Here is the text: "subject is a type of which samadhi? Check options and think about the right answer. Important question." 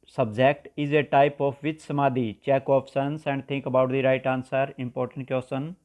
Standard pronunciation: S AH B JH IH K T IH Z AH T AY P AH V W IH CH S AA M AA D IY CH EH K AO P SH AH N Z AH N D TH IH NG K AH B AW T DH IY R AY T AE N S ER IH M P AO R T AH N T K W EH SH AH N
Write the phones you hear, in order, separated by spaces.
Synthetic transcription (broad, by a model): S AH B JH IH K T IH Z AH T AY P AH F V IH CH S AA M AA D IY CH EH K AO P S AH N S AH N D T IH NG K AH B AW T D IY R AY T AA N S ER IH M P AO R T AH N T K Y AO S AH N